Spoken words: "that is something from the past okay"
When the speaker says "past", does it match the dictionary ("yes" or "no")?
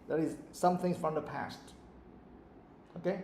yes